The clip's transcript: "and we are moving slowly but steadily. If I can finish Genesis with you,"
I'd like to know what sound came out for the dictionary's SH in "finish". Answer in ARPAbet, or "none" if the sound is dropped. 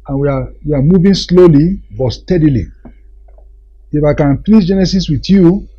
S